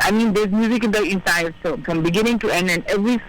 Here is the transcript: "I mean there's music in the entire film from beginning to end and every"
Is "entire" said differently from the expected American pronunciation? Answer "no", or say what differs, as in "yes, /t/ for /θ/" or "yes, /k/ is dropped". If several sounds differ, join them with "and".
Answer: yes, /s/ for /t/